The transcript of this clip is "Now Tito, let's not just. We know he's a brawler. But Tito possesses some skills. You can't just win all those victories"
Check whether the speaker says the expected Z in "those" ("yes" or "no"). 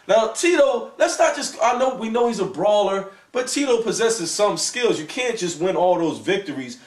yes